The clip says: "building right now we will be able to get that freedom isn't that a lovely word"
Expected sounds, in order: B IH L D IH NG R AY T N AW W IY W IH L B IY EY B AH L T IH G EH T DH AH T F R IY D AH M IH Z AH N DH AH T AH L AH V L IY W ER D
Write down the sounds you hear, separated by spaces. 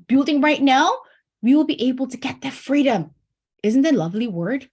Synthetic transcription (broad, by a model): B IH L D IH NG R AY T N AW W IY W IH L B IY EY B AH L T IH G EH T DH AH T F R IY D AH M IH Z AH N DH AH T L AH V L IY W ER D